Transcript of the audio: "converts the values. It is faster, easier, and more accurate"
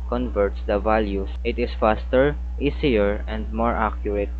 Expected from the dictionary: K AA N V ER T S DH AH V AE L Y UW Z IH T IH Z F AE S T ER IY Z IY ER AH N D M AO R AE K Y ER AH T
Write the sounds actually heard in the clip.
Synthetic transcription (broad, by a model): K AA N V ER T S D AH V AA L Y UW S IH T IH S F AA S T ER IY S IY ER AH N D M AO R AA K Y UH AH T